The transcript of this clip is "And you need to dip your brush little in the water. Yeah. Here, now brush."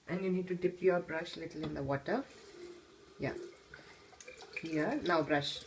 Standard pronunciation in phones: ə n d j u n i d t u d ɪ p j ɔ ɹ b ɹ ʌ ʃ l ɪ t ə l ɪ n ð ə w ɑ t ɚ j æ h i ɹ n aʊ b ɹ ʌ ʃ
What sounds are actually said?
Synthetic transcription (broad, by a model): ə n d j u n i d t u d ɪ p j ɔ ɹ b ɹ ʌ ʃ l ɪ t ə l ɪ n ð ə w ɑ t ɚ j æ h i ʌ n aʊ b ɹ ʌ ʃ